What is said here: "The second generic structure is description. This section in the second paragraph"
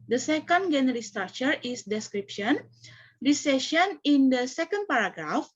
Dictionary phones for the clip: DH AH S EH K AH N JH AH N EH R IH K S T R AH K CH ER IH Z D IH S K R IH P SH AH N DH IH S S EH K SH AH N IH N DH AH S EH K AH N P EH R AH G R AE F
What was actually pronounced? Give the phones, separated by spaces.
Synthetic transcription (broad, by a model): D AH S EH K AH N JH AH N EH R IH S T R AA K CH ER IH S D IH S K R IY P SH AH N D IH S S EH SH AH N IH N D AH S EH K AH N P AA R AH G R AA F